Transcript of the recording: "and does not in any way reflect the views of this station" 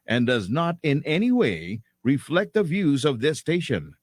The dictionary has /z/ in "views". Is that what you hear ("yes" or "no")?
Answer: yes